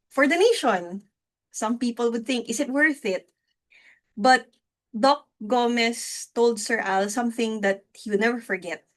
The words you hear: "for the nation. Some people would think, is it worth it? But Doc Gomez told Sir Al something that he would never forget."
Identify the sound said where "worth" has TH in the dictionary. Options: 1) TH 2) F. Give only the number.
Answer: 1